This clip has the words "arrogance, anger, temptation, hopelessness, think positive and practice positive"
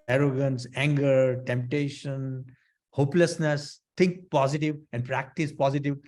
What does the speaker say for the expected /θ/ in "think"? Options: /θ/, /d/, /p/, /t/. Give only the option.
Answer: /t/